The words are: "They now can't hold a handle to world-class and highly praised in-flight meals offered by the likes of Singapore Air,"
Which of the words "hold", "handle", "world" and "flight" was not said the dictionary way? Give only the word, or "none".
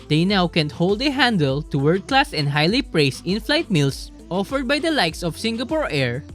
world